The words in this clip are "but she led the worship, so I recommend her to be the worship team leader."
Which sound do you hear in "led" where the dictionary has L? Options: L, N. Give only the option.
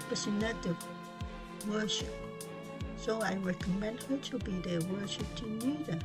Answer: N